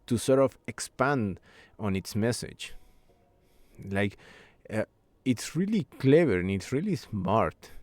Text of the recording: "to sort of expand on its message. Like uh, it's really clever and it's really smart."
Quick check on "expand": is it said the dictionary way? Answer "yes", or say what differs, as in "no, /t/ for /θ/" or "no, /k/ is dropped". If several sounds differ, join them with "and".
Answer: yes